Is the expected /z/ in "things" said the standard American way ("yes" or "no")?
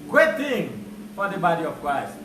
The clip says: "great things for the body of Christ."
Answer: no